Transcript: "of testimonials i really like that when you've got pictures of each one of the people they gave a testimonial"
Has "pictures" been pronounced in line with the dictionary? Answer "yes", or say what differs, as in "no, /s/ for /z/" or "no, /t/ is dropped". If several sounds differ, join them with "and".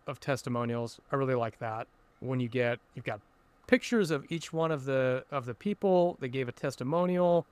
yes